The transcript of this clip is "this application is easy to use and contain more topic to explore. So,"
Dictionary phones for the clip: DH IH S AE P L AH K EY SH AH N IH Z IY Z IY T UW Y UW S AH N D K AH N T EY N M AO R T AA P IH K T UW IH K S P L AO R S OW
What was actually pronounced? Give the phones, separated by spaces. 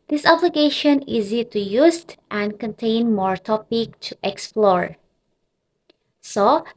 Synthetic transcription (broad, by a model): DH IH S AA B L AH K EY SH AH N IY Z IY T UW Y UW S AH N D K AH N T EY N M AO R T AA P IH K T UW IH K S P L AO R S OW